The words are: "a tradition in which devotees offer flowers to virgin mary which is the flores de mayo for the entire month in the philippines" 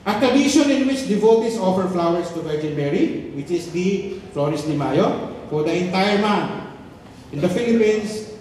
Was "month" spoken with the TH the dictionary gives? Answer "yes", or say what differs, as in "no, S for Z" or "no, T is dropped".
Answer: no, T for TH